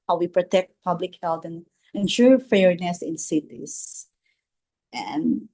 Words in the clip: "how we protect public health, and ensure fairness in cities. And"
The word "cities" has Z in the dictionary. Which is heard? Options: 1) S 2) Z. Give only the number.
1